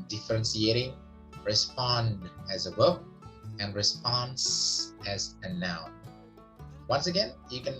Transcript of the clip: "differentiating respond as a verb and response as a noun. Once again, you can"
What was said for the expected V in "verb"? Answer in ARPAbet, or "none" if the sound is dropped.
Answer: W